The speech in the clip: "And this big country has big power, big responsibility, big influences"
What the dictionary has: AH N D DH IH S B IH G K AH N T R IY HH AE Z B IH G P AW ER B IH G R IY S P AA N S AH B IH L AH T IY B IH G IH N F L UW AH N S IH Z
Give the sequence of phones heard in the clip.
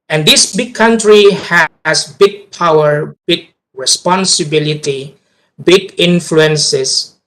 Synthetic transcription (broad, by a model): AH N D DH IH S B IH G K AH N T R IY HH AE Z B IH G P AW ER B IH G R IY S P AA N S AH B IH L AH T IY B IH G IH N F L UW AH N S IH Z